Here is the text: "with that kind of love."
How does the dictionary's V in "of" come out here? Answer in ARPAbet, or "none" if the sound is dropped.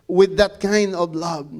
V